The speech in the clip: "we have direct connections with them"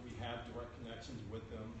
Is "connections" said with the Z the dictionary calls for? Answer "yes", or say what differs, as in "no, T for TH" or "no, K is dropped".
yes